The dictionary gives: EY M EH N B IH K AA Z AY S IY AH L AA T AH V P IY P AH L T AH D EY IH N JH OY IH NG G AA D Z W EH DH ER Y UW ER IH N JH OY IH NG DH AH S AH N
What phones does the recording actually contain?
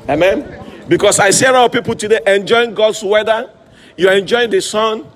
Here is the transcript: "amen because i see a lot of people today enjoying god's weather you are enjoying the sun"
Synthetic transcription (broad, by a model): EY M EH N B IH K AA S AY S IY AH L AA AH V P IY P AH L T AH D EY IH N JH OY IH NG G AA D S W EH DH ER Y UW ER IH N JH OY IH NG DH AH S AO N